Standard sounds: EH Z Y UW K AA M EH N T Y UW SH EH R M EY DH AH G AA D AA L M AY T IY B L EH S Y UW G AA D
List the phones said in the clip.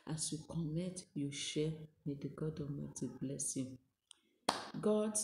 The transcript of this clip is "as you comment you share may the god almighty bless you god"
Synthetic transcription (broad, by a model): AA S Y UW K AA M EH T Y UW SH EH M EY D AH G AA D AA M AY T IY B L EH S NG G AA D